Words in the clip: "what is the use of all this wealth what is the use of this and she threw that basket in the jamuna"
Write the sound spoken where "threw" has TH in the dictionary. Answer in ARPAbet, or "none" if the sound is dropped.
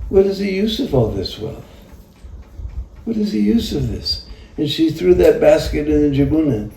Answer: TH